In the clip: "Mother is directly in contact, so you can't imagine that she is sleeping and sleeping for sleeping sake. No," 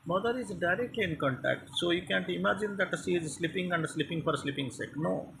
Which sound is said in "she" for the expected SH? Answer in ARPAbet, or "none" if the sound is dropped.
S